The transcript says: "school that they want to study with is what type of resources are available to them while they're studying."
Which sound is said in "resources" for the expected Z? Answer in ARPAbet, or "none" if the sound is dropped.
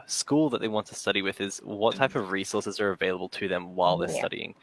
Z